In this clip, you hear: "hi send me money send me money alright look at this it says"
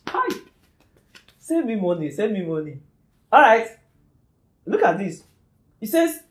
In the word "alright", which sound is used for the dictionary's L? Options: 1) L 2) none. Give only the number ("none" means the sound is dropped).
2